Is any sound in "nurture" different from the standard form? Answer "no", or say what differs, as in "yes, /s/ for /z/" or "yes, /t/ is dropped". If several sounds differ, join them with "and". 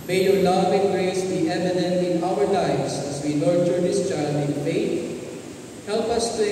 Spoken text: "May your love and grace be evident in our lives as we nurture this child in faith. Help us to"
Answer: yes, /l/ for /n/